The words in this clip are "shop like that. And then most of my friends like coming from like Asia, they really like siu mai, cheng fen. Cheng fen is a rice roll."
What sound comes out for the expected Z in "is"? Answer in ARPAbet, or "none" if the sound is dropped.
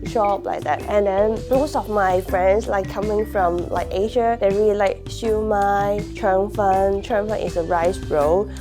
S